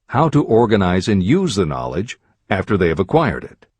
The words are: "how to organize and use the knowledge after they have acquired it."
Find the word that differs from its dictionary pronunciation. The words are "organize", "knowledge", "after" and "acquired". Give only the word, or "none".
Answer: none